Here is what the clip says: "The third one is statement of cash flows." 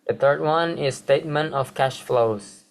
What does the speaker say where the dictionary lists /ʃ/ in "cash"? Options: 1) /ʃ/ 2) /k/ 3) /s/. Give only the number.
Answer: 1